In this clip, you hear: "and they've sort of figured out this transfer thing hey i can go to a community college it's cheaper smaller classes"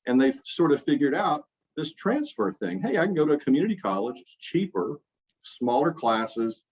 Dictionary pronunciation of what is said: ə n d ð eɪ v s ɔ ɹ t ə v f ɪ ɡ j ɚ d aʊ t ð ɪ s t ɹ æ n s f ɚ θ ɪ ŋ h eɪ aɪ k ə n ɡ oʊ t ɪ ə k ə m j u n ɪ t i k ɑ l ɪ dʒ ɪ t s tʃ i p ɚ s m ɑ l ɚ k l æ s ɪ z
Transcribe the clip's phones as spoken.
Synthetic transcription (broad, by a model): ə n ð eɪ s ɔ ɹ t ə v f ɪ ɡ j ɚ d aʊ t ð ɪ s t ɹ æ n s f ɚ θ ɪ ŋ h eɪ aɪ k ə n ɡ oʊ t ɪ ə k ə m j u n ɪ t i k ɑ l ɪ dʒ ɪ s tʃ i p ɚ s m ɑ l ɚ k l æ s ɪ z